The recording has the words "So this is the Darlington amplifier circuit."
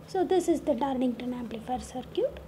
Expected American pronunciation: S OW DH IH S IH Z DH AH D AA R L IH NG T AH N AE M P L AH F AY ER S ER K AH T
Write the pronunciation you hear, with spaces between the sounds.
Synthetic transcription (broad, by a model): S OW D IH S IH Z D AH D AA R N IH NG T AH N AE M P L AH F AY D S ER K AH T